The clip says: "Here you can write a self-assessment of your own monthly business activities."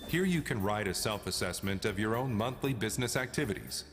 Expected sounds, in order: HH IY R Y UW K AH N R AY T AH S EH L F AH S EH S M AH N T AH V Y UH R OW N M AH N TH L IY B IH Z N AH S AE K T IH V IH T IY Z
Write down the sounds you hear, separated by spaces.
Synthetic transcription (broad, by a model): HH IY R Y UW K AH N R AY T AH S EH L F AH S EH S M AH N T AH V Y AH R OW N M AH N TH L IY B IH Z N AH S AE K T IH V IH T IY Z